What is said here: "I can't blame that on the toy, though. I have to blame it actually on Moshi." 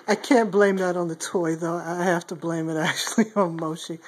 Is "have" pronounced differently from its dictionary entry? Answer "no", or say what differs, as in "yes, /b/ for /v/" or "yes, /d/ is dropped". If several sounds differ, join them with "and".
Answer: yes, /f/ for /v/